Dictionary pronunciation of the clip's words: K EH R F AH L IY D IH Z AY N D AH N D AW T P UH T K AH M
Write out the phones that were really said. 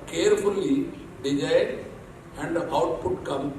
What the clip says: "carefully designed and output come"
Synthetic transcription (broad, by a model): K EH R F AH L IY D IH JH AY D AH N D AW T P UH T K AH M